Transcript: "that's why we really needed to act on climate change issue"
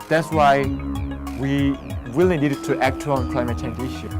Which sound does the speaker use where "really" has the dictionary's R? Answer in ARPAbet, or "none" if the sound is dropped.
W